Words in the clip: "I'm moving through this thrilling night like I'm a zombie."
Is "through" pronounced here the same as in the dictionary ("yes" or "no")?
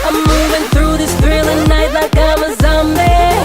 yes